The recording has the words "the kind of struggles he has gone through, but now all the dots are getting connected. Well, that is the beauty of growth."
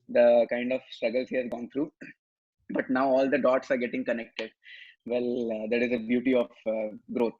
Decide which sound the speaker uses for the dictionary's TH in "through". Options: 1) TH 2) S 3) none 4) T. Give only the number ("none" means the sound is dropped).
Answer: 4